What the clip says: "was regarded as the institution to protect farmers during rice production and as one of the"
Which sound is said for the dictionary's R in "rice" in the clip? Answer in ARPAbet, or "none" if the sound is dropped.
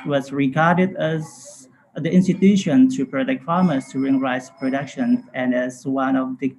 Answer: R